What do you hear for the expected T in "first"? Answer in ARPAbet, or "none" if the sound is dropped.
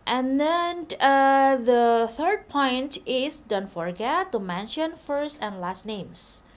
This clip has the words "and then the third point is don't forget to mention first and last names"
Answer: T